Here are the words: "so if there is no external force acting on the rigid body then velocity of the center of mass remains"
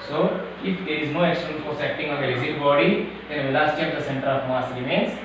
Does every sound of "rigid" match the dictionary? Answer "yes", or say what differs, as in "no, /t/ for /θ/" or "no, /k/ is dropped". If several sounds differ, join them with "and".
no, /z/ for /dʒ/